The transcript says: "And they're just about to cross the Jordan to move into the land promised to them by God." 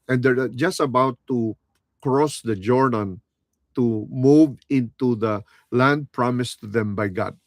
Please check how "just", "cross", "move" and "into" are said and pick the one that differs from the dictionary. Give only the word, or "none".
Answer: none